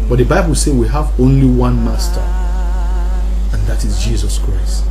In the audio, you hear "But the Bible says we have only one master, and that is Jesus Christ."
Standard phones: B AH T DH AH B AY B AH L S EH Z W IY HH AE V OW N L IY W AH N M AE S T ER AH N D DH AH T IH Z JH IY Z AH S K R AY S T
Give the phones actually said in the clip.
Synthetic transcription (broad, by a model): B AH T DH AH B AY B AH L S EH W IY HH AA V OW N L IY W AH N M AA S T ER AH N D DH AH T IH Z JH IY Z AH S K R AY S T